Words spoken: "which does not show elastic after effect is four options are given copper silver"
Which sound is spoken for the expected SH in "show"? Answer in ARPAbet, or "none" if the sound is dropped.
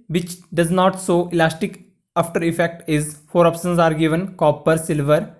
S